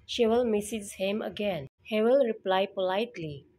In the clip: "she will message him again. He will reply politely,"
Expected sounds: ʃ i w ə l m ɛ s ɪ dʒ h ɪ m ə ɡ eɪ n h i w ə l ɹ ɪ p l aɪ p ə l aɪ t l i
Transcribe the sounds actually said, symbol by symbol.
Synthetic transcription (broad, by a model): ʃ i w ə l m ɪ s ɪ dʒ h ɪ m ə ɡ eɪ n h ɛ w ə l ɹ ɪ p l aɪ p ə l aɪ t l i